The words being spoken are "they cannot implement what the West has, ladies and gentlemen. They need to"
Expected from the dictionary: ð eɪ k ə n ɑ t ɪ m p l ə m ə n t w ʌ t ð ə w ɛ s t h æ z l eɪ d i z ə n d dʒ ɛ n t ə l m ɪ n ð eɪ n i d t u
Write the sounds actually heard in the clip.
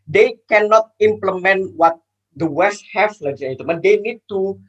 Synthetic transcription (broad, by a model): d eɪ k ə n ɑ t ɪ m p l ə m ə n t w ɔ t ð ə w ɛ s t h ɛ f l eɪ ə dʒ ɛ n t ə m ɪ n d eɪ n i d t u